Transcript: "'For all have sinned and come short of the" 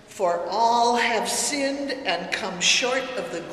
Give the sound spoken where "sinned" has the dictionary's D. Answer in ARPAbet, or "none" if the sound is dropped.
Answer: D